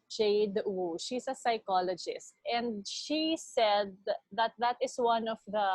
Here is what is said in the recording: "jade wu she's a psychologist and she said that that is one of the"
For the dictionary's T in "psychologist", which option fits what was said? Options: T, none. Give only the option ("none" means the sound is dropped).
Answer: T